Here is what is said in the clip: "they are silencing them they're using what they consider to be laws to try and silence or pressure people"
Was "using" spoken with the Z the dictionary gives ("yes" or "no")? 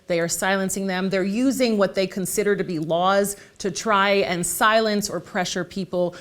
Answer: yes